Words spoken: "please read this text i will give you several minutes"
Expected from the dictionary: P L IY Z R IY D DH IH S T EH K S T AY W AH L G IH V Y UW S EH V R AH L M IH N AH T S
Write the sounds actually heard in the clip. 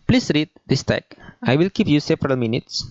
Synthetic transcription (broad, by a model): P L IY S R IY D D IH S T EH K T AY W AH L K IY P Y UW S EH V R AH L M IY N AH T S